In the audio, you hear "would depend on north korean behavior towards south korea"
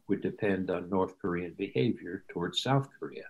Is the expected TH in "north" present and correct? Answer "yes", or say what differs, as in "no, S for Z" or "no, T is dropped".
yes